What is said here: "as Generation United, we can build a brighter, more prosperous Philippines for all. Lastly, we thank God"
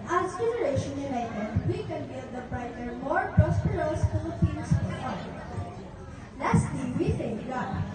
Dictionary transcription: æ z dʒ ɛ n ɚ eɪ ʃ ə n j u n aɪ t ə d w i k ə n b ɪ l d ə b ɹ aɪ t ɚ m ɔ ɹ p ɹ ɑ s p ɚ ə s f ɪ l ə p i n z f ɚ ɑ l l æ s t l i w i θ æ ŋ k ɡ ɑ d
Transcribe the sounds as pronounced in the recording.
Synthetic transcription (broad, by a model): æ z dʒ ɛ n ɚ eɪ ʃ ə n j u n aɪ t ə d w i k ə n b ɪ d ə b ɹ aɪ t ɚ m ɔ ɹ p ɹ ɑ s p ɚ ə s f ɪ ə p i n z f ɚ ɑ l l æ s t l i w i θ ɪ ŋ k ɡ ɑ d